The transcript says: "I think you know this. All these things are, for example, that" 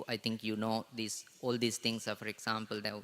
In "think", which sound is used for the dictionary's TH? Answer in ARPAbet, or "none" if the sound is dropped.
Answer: T